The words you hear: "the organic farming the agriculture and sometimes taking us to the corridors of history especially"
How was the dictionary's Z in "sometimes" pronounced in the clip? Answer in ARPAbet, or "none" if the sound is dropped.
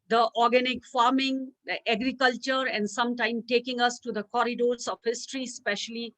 none